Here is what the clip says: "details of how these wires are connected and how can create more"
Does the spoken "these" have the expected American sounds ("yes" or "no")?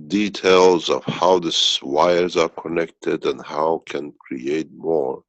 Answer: no